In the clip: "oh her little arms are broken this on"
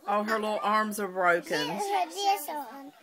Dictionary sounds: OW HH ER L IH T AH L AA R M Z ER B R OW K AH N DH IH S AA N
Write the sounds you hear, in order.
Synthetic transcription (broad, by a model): OW HH ER L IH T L AA R M Z ER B R OW AH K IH N